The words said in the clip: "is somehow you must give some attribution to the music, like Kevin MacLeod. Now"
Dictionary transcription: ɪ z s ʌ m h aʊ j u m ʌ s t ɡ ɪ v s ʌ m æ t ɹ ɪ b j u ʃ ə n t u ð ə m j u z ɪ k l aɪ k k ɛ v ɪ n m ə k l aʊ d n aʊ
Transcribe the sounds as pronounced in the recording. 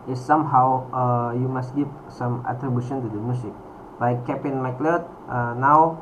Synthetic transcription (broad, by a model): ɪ s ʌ m h aʊ j u m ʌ s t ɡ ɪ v s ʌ m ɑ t ɹ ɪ b j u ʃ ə n t u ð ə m j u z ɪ k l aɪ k k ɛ p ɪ n m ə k l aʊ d n aʊ